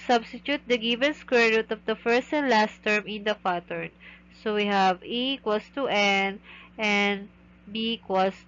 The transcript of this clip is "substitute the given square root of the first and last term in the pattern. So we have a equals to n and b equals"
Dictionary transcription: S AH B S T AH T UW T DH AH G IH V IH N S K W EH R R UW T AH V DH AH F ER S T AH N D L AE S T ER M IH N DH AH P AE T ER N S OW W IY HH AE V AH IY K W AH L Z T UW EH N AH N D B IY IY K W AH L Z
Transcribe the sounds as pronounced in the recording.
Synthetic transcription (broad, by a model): S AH B S T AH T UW T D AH G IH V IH N S K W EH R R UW T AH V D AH F ER S T AH N D L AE S T ER M IH N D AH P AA T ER N S OW W IY HH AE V AH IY K W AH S T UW EH N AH N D B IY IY K W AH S